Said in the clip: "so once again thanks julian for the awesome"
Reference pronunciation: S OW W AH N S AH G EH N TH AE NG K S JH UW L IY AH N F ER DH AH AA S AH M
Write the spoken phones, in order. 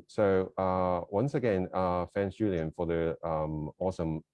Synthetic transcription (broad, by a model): S OW W AH N S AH G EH N F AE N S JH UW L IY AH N F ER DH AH AA S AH M